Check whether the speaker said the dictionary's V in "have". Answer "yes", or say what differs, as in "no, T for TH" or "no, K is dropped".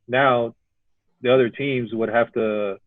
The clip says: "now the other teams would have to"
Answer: no, F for V